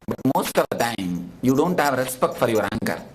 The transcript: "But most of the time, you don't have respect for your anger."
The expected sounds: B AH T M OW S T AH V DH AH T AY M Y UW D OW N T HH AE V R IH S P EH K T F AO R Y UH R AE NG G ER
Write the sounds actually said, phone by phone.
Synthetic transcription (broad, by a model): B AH T M OW S T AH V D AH T AY M Y UW D OW N T HH AE V R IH S P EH K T F AO R Y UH R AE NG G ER